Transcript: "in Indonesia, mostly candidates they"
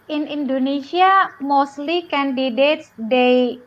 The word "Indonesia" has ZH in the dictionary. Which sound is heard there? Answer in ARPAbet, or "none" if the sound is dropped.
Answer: S